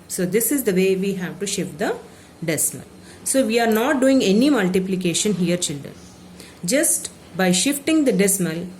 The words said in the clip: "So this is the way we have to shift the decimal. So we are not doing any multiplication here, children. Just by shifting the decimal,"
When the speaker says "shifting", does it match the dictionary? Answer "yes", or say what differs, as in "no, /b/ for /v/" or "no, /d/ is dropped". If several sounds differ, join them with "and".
yes